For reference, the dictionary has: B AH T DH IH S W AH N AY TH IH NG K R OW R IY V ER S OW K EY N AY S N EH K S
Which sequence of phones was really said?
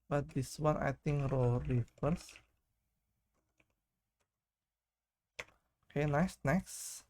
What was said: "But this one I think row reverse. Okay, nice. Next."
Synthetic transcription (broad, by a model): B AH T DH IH S W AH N AY T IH NG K R OW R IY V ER S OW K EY N AY S N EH K S